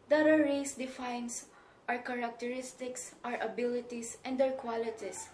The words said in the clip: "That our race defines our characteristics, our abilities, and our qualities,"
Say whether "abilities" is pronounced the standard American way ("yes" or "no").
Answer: no